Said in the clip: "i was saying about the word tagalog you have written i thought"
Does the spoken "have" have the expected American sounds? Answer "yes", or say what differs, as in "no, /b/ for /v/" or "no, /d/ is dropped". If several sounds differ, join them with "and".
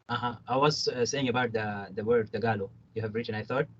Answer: yes